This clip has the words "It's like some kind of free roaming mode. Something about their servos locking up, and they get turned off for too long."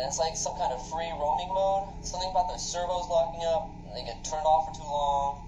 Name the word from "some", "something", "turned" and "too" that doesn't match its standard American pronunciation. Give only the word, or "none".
turned